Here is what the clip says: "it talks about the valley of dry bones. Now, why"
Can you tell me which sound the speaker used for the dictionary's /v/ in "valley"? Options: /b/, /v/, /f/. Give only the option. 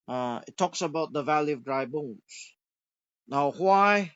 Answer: /v/